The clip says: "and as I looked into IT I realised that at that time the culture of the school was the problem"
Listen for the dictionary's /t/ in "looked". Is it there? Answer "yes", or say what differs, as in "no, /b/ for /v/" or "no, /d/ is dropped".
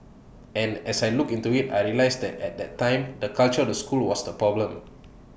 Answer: no, /t/ is dropped